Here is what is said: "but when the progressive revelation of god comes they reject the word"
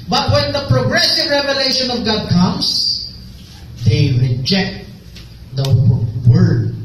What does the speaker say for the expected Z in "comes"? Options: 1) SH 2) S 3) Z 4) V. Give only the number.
2